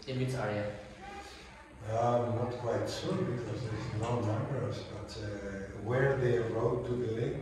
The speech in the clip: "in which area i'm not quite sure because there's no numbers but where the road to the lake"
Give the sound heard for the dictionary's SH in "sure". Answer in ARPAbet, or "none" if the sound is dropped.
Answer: S